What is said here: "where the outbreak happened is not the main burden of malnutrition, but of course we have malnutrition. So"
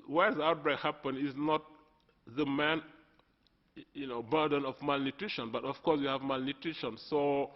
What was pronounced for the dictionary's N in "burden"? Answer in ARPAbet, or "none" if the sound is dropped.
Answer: N